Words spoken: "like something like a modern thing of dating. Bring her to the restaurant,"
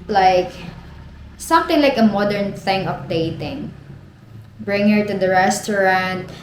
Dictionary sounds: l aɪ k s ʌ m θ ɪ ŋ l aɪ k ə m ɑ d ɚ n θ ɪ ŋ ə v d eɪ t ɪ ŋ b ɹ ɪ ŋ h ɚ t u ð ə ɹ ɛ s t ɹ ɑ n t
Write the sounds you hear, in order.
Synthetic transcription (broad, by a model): l aɪ k s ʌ m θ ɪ ŋ l aɪ k ə m ɑ d ɚ n θ ɪ ŋ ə p d eɪ t ɪ ŋ b ɹ ɪ ŋ h ɚ t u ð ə ɹ ɛ s t ɹ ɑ n t